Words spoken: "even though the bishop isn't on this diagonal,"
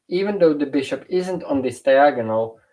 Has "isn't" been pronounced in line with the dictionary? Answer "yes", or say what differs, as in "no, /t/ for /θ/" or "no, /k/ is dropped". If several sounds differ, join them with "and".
yes